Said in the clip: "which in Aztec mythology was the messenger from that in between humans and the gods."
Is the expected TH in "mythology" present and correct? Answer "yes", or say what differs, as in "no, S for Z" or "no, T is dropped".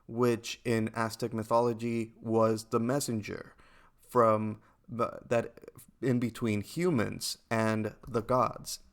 yes